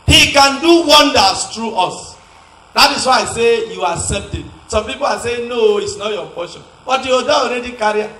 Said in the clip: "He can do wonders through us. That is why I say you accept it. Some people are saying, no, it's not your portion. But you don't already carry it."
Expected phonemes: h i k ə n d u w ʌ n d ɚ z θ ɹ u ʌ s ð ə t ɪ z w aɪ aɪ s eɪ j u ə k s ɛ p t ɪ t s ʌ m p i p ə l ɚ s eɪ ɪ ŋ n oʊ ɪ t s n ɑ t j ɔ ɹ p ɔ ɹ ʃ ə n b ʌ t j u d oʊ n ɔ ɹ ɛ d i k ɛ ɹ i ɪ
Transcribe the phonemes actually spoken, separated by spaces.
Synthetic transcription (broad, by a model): h i k ə n d u w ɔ n d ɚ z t ɹ u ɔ s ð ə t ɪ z w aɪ aɪ s eɪ j u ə s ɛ t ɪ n s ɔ m p i p ə l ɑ s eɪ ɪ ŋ n oʊ ɪ t s n ɑ t j ɔ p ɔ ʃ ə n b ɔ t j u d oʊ ɔ ɹ ɛ d i k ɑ ɹ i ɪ